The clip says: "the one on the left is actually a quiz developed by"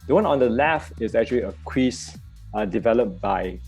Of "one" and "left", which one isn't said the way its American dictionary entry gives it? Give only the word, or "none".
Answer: left